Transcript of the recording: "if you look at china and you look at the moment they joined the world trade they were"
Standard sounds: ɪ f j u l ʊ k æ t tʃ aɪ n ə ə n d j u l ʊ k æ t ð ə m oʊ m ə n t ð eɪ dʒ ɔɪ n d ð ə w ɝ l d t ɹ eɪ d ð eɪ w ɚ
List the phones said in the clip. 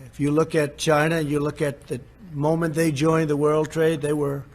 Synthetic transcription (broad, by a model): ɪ f j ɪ l ʊ k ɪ t tʃ aɪ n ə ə n j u l ʊ k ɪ t ð ə m oʊ m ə n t ð eɪ dʒ ɔɪ n ð ə w ɝ l d t ɹ eɪ d ð eɪ w ɚ